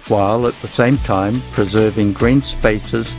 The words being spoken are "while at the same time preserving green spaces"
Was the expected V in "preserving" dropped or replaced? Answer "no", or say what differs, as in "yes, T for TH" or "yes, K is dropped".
no